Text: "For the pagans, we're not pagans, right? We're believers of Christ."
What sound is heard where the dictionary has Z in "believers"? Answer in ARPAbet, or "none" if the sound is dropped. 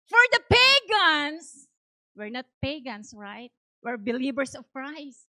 S